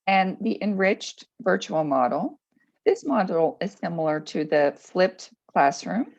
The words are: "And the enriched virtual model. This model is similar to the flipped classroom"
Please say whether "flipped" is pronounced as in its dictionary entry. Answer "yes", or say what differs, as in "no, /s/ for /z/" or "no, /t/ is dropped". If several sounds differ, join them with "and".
yes